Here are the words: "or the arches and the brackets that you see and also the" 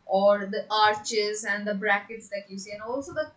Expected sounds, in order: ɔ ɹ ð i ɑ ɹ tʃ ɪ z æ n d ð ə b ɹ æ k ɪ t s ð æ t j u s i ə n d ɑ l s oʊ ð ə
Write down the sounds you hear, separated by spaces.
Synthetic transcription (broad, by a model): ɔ ɹ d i ɑ ɹ tʃ ɪ z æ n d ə b ɹ æ k ɪ t s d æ t j u s i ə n ɑ l s oʊ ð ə